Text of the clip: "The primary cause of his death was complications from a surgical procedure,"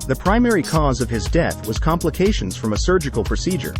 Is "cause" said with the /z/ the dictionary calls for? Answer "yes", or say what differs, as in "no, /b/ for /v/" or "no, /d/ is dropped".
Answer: yes